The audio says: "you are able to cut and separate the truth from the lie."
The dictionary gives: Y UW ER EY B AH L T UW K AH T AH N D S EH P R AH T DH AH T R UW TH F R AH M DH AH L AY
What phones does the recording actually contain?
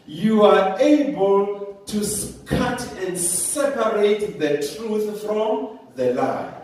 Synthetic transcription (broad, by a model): Y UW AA EY B AH L T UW K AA T AH N D S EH P R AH T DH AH T R UW TH F R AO M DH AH L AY